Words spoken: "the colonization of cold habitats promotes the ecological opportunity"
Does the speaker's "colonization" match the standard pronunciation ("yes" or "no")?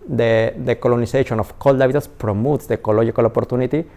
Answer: no